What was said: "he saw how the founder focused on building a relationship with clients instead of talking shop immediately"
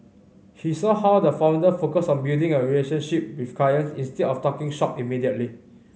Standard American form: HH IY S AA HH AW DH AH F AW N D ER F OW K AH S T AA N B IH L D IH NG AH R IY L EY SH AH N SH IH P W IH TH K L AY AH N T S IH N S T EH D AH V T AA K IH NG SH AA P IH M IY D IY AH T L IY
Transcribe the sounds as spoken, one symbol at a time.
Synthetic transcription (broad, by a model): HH IY S AA HH AW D AH F AW N D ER F OW K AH S AA N B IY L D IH NG AH R IY L EY SH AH N SH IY P W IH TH K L AY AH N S IH N S T EH D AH F T AA K IH NG SH AA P IH M IY D IY AH T L IY